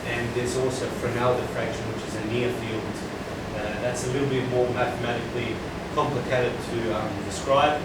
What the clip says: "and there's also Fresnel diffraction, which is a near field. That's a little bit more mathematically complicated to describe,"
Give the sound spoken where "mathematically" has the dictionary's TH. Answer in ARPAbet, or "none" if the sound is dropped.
TH